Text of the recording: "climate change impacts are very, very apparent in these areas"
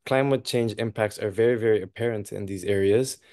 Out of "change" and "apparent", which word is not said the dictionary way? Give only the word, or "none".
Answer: none